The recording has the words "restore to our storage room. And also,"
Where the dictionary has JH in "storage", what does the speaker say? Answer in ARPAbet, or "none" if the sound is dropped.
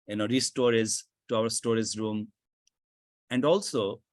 Z